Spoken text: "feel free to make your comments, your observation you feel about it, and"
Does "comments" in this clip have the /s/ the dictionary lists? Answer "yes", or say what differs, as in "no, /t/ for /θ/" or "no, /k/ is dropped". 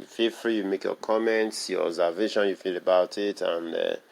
yes